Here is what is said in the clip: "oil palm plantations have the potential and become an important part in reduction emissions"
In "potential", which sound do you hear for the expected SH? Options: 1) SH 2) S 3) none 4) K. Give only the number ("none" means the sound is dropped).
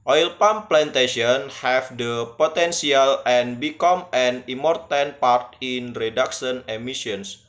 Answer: 2